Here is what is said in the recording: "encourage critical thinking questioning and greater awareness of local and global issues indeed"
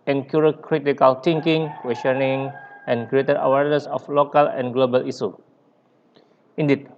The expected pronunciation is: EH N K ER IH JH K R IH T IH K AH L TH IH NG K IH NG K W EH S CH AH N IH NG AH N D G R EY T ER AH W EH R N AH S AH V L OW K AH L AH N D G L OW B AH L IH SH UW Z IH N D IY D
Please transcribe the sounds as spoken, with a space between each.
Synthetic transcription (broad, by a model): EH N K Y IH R K R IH T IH K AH L T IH NG K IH NG K W EH S CH AH N IH NG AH N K R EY T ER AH W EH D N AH S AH F L OW K AH L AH N G L OW B AH L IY S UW IH N D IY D